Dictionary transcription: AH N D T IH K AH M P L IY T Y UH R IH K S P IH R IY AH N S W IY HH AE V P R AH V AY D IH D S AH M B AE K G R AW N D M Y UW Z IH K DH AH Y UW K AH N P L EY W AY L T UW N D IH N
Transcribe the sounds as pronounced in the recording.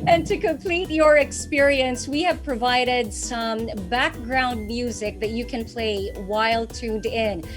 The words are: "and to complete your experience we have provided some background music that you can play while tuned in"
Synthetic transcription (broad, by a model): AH N T IH K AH M P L IY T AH R IH K S P IH R IY AH N S W IY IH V P R AH V AY D IH D S AH M B AE K G R AW N D M Y UW Z IH K DH AH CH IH K AH N P L EY W AY L T UW N D IH N